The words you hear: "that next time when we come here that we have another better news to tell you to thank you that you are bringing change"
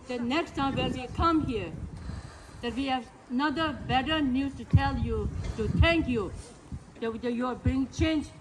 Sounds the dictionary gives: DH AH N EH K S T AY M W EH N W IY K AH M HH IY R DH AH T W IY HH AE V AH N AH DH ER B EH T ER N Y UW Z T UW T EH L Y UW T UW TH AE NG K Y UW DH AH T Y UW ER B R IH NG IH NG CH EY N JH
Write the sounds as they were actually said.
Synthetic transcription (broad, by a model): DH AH N EH K S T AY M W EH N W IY K AH M HH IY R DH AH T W IY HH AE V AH N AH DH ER B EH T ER N Y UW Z T UW T EH L Y UW T UW T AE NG K Y UW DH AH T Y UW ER B R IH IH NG CH EY N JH